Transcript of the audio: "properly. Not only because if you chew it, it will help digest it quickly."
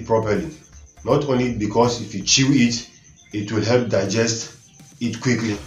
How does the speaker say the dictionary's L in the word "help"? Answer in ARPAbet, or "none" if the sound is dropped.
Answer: L